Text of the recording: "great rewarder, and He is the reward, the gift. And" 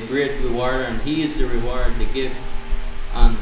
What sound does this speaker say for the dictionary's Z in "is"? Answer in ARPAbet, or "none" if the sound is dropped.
Z